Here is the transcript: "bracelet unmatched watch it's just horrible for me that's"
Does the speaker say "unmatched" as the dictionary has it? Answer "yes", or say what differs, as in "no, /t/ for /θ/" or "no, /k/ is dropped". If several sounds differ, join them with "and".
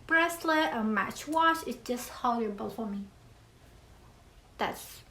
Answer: no, /n/ is dropped